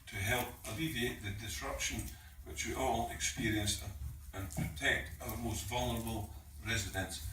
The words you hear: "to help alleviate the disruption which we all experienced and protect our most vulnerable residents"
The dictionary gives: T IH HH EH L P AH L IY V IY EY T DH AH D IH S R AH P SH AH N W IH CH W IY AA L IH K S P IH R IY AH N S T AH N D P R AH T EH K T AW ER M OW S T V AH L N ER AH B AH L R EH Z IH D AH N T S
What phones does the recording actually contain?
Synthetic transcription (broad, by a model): T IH HH EH L P AH L IY V IY EY T DH AH D IH S R AH P SH AH N W IH CH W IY AA L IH K S P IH R IY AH N S AH N P R AH T EH K T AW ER M OW S T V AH L N ER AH B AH L R EH Z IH D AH N S